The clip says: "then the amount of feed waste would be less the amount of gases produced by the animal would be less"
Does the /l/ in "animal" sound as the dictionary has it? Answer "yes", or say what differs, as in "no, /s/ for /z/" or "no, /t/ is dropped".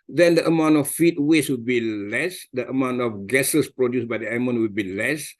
no, /n/ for /l/